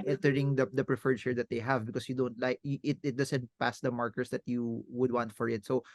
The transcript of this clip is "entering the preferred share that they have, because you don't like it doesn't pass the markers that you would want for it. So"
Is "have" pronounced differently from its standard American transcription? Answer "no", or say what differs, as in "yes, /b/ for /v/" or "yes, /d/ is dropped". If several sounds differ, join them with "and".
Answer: no